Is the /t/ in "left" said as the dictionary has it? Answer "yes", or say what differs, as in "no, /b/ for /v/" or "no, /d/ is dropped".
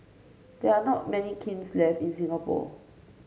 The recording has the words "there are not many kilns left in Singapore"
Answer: no, /t/ is dropped